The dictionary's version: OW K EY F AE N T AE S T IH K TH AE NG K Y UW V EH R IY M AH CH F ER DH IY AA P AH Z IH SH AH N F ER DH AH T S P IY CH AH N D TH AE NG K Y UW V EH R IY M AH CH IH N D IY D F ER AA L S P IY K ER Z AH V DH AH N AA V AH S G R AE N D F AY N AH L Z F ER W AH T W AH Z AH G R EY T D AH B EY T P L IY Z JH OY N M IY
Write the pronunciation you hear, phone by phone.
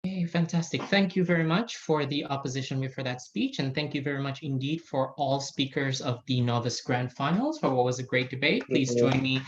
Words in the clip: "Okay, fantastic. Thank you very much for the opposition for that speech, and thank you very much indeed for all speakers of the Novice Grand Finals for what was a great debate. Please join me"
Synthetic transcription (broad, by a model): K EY F AE N T AE S T IH K TH AE NG K Y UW V EH R IY M AH CH F ER DH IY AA P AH Z IH SH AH N F ER DH AH T S P IY CH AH N TH AE NG K Y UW V EH R IY M AH CH IH N D IY D F ER AA L S P IY K ER Z AH V DH AH N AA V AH S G R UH N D F AY N L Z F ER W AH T W AH Z AH G R EY T D AH B EY T P L IY Z JH OY N M IY